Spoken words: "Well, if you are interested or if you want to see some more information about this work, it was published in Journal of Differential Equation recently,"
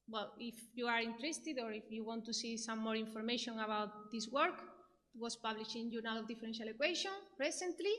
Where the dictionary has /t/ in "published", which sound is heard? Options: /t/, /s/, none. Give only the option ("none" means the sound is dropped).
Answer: none